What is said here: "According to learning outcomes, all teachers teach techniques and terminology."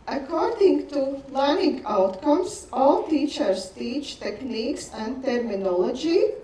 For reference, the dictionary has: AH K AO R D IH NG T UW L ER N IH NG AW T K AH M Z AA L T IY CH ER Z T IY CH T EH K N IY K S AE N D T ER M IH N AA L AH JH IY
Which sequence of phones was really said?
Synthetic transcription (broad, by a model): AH K AO R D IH NG T UW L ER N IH NG AW T K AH M S AA L T IY CH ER S T IY CH T EH K N IY K S AE N D T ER M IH N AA L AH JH IY